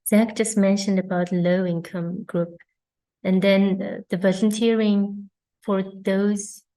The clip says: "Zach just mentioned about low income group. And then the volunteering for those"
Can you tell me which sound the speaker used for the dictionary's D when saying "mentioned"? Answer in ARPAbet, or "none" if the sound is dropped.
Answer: D